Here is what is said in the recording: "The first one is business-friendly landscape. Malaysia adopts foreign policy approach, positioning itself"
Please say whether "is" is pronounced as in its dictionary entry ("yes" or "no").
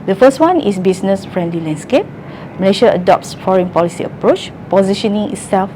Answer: no